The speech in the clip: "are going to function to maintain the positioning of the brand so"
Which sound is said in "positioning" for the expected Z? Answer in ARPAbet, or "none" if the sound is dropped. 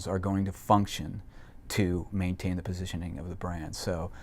Z